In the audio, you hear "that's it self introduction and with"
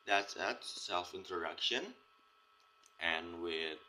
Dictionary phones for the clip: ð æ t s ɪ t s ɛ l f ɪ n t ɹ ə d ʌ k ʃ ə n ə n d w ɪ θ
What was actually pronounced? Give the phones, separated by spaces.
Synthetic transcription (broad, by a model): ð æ t s ɪ t s ɛ l f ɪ n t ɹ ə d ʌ k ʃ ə n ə n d w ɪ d